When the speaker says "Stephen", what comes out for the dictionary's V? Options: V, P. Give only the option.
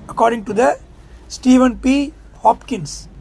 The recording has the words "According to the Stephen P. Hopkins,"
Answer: V